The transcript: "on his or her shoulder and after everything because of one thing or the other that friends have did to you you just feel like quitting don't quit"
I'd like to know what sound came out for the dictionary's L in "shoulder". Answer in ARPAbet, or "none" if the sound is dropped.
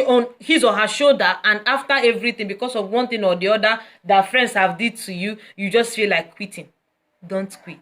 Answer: none